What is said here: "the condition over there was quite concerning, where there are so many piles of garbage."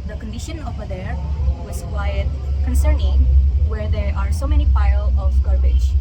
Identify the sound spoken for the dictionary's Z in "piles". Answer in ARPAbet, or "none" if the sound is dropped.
none